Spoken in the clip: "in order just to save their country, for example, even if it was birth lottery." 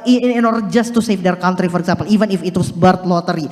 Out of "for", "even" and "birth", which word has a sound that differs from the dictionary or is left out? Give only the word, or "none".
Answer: birth